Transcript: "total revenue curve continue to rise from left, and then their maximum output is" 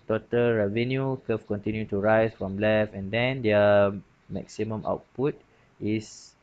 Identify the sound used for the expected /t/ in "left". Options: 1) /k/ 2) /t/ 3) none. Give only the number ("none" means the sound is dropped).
3